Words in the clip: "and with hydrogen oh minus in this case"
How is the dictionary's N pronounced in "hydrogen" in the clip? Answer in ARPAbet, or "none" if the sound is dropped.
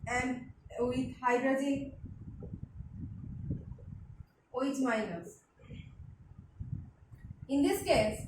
none